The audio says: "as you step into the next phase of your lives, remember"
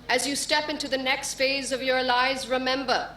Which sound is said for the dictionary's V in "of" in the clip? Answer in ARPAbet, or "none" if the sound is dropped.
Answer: V